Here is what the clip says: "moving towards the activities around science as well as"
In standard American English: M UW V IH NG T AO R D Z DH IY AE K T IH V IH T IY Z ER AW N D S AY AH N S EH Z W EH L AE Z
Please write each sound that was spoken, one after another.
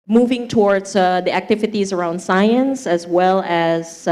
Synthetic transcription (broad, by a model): M UW V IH NG T AO R D Z DH IY AE K T IH V IH T IY Z ER AW N D S AY AH N S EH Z W EH L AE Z